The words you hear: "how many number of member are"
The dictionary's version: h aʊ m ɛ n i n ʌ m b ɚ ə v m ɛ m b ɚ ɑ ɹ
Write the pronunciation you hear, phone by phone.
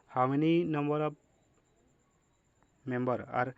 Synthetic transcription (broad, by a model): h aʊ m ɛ n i n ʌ m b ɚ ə b m ɛ m b ɚ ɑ ɹ